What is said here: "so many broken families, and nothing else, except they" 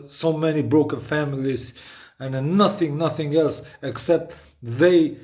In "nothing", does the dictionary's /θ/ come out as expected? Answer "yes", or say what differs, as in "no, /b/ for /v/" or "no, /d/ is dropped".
yes